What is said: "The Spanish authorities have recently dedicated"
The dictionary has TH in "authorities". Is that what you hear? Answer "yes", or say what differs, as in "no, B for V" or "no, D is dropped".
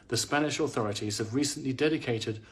yes